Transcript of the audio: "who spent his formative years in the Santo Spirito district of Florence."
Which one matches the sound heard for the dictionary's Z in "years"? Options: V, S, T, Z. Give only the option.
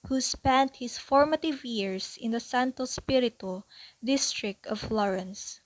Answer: S